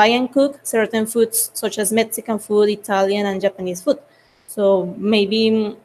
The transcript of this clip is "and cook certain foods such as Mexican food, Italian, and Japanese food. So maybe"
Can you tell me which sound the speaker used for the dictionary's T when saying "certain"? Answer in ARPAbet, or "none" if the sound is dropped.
T